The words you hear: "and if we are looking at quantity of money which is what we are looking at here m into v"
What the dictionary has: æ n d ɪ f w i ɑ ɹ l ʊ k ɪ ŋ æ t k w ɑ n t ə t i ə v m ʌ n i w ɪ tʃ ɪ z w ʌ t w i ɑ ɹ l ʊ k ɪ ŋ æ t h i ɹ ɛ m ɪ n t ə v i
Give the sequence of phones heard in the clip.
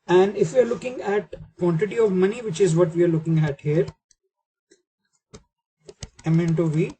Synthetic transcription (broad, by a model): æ n d ɪ f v i ɑ ɹ l ʊ k ɪ ŋ æ t k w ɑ n t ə t i ə v m ʌ n i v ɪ tʃ ɪ z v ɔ t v i ɑ ɹ l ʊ k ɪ ŋ æ t h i ɹ ɛ m ɪ n t ə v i